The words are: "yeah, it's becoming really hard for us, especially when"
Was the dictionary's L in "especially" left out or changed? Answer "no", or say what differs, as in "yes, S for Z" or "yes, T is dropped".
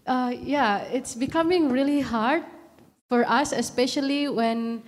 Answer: no